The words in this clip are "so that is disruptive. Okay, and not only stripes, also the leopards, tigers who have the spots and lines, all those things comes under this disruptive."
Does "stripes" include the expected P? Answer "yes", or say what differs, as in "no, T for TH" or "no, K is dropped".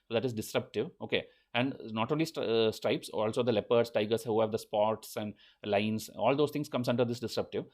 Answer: yes